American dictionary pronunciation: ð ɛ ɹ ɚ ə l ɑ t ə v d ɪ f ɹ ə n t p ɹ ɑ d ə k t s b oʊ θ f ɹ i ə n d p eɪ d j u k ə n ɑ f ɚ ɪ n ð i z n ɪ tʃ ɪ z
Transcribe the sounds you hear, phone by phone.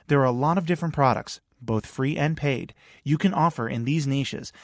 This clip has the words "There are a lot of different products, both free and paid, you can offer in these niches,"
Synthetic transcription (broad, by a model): ð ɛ ɹ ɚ ə l ɑ t ə v d ɪ f ɹ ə n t p ɹ ɑ d ə k t s b oʊ θ f ɹ i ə n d p eɪ d j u k ə n ɑ f ɚ ɪ n ð i z n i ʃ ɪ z